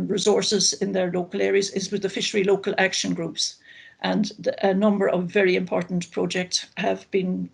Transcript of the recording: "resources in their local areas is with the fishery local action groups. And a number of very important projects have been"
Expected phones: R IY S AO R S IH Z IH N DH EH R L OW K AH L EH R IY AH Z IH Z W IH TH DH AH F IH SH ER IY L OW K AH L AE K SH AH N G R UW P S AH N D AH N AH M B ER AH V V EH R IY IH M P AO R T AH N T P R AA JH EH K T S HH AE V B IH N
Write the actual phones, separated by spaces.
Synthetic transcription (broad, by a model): R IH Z AO R S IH Z IH N DH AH R L OW K AH L EH R IY AH Z IH Z W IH DH AH F IH SH ER IY L OW K AH L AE K SH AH N G R UW P S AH N AH N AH M B ER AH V V EH R IY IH M P AO R T N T P R AA JH EH K T S HH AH V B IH N